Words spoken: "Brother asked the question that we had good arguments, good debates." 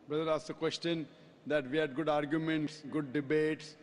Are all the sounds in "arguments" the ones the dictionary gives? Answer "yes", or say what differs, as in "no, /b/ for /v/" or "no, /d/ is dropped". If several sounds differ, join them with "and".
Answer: yes